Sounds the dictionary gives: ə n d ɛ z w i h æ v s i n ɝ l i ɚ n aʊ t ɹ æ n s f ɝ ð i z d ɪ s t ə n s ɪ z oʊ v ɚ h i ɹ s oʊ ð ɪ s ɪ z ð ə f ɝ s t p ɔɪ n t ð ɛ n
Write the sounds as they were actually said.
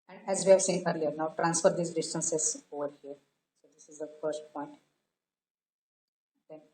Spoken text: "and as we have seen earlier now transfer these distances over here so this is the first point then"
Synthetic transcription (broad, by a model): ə n d ɛ z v i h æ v s i n ɝ l i ɚ n aʊ t ɹ æ n s f ɝ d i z d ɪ s t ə n s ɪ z oʊ v ɚ h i ɹ s oʊ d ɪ s ɪ z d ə f ɝ s t p ɔɪ n t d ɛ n